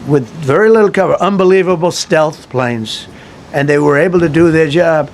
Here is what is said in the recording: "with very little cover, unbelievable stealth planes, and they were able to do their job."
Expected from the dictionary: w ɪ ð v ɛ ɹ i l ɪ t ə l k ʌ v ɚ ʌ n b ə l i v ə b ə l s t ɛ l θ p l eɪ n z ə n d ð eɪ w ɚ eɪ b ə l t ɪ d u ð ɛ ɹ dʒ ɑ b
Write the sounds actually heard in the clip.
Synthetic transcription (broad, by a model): w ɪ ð v ɛ ɹ i l ɪ t l k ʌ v ɚ ʌ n b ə l i v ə b l s t ɛ l θ p l eɪ n z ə n ð eɪ w ɚ eɪ b l t ɪ d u ð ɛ ɹ dʒ ɑ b